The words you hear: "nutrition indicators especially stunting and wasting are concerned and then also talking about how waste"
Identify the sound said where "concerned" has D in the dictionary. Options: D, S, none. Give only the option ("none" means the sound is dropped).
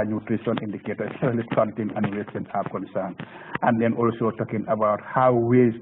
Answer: none